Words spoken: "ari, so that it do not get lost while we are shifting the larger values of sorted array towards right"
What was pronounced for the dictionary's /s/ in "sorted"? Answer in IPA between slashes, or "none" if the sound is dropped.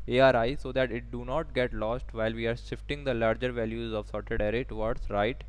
/s/